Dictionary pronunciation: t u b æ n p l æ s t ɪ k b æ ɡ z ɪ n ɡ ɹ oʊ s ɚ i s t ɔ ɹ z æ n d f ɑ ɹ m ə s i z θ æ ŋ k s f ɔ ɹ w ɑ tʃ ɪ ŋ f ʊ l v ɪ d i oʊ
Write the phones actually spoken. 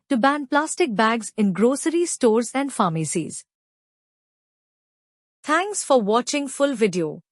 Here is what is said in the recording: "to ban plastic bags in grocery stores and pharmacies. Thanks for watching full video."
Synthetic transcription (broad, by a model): t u b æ n p l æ s t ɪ k b æ ɡ z ɪ n ɡ ɹ oʊ s ɚ i s t ɔ ɹ z æ n d f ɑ m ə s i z t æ ŋ k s f ɔ ɹ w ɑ tʃ ɪ ŋ f ʊ l v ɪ d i oʊ